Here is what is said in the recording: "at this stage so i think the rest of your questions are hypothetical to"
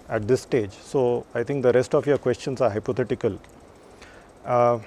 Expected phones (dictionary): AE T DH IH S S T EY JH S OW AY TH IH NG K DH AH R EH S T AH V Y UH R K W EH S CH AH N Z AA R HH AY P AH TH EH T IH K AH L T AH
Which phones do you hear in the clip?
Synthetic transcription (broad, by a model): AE T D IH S S T EY JH S OW AY T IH NG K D AH R EH S T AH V Y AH R K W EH S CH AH N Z AA R HH AY P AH T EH T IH K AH L